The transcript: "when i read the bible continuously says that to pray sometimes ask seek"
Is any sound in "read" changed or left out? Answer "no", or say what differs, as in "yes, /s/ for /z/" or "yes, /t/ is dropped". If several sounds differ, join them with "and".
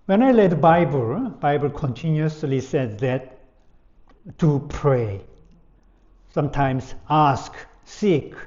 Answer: yes, /l/ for /ɹ/